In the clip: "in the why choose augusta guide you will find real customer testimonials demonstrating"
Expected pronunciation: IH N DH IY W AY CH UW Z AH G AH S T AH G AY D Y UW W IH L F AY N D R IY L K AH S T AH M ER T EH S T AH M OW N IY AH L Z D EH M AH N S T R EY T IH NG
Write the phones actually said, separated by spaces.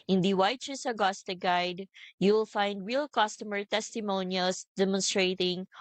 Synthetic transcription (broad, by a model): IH N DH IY W AY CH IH S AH G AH S T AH G AY D Y UW W IH L F AY N D R IY L K AH S T AH M ER T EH S T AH M OW N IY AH L S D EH M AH N S T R EY T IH NG